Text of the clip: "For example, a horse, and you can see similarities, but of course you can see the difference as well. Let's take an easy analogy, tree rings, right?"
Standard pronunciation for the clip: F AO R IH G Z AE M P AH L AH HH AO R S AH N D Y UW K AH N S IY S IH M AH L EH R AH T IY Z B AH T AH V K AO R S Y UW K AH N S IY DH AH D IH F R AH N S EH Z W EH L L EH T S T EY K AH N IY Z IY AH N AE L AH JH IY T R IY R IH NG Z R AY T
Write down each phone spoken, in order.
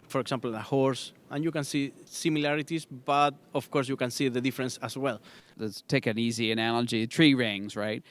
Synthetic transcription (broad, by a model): F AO R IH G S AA M P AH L AH HH AO R S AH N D Y UW K AH N S IY S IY M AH L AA R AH T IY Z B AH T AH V K AO R S Y UW K AH N S IY DH AH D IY F R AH N S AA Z W EH L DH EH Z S T EY K AH N IY Z IY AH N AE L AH JH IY T R IY R IH NG Z R AY T